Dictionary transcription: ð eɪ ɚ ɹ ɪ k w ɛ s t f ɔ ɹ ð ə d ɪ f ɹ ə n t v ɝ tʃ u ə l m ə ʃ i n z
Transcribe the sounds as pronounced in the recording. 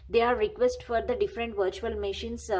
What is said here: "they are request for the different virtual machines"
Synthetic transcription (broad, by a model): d eɪ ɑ ɹ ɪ k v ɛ s t f ɔ ɹ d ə d ɪ f ɹ ə n t v ɝ tʃ u ə l m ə ʃ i n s